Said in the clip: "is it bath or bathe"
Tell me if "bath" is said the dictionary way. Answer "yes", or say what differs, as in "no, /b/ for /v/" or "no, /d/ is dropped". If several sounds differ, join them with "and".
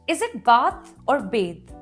no, /t/ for /θ/